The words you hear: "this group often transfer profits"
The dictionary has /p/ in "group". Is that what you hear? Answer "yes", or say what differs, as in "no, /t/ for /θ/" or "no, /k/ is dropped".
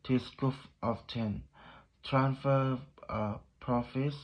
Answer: no, /f/ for /p/